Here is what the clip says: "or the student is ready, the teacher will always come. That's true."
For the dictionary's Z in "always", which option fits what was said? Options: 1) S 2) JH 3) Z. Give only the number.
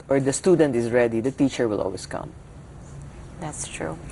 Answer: 1